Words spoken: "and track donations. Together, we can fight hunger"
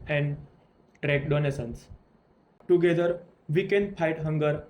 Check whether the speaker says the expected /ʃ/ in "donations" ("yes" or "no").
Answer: no